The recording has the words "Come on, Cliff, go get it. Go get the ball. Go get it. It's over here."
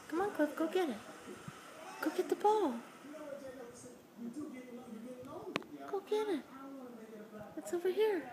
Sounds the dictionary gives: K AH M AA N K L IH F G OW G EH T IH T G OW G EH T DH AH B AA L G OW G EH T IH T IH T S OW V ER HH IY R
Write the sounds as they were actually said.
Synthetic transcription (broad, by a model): K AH M AA N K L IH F G OW G EH T IH T G OW G EH T DH AH B AA L G OW G EH T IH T IH T S OW V ER HH IY R